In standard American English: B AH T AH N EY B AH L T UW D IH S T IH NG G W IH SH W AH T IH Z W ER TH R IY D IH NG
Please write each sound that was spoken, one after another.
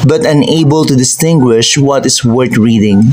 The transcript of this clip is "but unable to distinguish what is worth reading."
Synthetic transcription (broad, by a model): B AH T AH N EY B AH L T UW D IH S T IH NG G W IH SH W AH T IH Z W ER T R IY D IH NG